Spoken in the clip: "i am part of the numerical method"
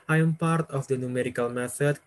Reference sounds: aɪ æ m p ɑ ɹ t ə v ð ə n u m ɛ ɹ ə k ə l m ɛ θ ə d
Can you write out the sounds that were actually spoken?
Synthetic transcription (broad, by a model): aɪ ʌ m p ɑ ɹ t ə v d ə n u m ɛ ɹ ə k ə l m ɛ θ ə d